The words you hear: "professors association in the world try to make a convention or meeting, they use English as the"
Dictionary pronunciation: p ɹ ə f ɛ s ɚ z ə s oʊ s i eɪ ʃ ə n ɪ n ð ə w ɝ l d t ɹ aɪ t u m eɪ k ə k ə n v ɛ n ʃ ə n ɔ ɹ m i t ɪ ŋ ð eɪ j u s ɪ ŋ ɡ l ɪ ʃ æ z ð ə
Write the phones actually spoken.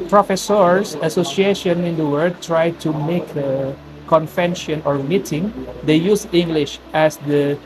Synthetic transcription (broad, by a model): p ɹ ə f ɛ s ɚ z ə s oʊ s i eɪ ʃ ə n ɪ n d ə w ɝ d t ɹ aɪ t u m eɪ k ə k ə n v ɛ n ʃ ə n ɔ ɹ m i t ɪ ŋ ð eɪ j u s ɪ ŋ ɡ l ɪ ʃ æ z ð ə